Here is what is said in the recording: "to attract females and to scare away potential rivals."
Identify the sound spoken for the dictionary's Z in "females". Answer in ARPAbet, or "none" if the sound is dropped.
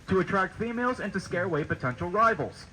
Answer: Z